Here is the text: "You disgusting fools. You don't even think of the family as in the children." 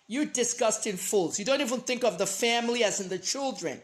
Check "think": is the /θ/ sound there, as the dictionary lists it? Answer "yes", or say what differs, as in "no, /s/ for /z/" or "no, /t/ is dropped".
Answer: yes